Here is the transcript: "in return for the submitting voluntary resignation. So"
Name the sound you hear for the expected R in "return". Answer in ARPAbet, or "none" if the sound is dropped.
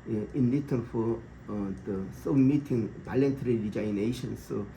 L